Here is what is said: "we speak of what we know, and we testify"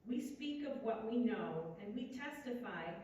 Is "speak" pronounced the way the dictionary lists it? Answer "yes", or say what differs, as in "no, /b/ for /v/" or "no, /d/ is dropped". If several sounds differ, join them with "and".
yes